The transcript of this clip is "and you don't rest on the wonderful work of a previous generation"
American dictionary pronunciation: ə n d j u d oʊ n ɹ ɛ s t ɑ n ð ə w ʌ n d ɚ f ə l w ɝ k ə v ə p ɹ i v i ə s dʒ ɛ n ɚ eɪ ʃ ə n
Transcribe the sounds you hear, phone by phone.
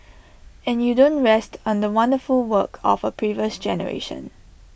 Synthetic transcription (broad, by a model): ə n j u d oʊ n ɹ ɛ s t ɑ n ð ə w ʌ n d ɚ f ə l w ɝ k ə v ə p ɹ i v i ə s dʒ ɛ n ɚ eɪ ʃ ə n